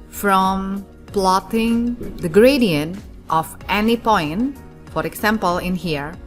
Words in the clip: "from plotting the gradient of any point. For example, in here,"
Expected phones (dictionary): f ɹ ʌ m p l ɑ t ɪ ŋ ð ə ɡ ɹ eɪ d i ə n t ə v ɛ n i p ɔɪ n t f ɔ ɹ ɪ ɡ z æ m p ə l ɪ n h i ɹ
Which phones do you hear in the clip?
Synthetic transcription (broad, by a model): f ɹ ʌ m p l ɑ t ɪ ŋ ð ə ɡ ɹ eɪ d i ə n t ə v ɛ n i p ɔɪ n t f ɔ ɹ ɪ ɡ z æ m p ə l ɪ n h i ɹ